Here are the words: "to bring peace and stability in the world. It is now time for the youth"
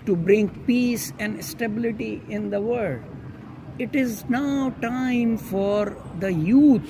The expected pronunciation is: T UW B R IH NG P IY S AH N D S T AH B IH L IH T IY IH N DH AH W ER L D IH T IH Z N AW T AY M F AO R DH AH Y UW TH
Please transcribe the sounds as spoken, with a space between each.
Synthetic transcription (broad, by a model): T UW B R IH NG P IY S AH N D S T AH B IH L IH T IY IH N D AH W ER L D IH T IH Z N AW T AY M F AO R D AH Y UW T